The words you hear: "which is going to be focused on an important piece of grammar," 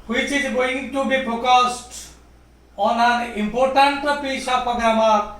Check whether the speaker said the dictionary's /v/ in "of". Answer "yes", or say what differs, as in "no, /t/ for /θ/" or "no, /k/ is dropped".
no, /p/ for /v/